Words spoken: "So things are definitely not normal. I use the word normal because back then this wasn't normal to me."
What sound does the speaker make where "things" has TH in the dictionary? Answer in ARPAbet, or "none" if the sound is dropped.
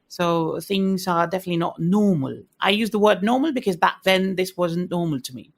TH